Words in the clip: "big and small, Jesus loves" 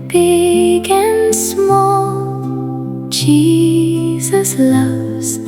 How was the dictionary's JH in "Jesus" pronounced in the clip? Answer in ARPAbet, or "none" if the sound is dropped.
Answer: CH